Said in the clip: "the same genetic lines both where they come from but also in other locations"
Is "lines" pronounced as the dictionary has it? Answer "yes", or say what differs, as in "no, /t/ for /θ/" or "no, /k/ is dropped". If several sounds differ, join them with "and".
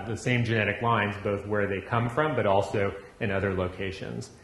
yes